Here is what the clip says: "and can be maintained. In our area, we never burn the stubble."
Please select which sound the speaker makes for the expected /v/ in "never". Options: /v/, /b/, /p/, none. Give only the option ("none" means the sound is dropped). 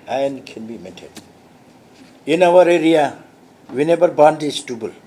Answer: /b/